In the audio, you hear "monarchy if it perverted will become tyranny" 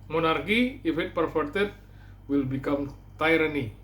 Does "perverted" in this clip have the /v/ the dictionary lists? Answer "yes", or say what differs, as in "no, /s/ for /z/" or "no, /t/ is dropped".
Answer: no, /f/ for /v/